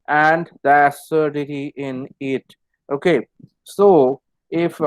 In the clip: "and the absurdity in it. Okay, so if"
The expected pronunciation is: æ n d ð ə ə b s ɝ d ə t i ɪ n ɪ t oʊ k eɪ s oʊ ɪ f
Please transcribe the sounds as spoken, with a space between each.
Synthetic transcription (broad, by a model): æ n d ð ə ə s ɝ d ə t i ɪ n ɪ t oʊ k eɪ s oʊ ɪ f